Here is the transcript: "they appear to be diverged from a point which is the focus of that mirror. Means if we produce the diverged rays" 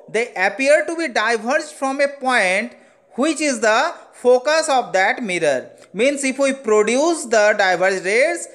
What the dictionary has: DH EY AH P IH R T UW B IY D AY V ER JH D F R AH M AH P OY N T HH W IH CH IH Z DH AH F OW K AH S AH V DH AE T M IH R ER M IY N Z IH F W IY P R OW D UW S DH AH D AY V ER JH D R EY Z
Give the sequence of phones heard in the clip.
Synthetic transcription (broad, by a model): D EY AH P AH R T UW B IY D AY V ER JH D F R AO M AH P OY N T HH W IH CH IH Z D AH F OW K AH S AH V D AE T M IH R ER M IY N S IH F W IY P R OW D UW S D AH D AY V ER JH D R EY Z